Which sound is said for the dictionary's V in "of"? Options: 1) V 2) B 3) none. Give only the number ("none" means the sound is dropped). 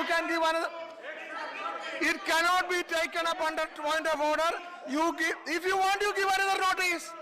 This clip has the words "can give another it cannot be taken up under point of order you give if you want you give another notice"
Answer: 2